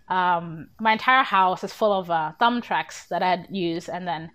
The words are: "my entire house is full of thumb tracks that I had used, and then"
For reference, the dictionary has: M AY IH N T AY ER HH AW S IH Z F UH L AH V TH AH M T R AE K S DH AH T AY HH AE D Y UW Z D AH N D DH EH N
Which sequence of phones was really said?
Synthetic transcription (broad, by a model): M AY IH N T AY ER HH AW S IH Z F UH L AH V TH AH M T R AE K S DH AH T AY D Y UW Z AH N DH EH N